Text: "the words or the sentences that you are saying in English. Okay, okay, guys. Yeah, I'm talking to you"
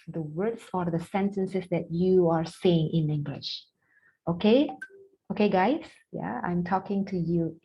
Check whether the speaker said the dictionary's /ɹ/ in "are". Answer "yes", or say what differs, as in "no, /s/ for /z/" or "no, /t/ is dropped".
yes